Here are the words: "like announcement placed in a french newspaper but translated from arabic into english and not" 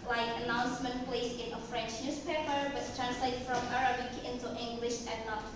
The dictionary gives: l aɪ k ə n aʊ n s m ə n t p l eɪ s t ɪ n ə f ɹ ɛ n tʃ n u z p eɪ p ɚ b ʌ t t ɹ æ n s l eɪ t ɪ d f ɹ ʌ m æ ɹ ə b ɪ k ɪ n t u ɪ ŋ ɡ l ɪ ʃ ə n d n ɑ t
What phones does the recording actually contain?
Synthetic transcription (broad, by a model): l aɪ k ə n aʊ n s m ə n t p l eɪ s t ɪ n ə f ɹ ɛ n tʃ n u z p eɪ p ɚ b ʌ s t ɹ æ n s l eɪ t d f ɹ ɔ m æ ɹ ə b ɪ k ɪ n t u ɪ ŋ ɡ l ɪ ʃ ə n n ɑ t